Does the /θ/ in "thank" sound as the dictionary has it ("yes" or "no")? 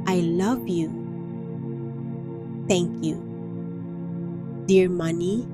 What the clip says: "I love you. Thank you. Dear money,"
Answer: no